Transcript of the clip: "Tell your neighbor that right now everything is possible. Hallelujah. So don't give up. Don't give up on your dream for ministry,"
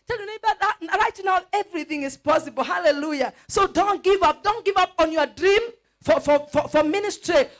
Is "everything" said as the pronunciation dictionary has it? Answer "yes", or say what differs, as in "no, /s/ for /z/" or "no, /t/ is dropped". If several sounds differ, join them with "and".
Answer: yes